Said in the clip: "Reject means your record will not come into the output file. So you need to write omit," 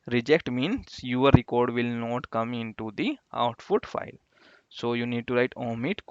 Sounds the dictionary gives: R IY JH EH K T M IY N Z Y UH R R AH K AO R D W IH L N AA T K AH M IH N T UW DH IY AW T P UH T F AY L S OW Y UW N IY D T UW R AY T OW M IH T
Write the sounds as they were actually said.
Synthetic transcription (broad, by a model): R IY JH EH K T M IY N S Y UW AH R AH K AO R D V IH L N AA T K AH M IH N T UW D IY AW T F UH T F AY L S OW Y UW N IY D T UW R AY T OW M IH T